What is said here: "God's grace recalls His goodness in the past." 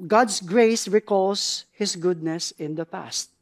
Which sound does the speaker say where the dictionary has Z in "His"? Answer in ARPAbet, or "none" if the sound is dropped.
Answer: S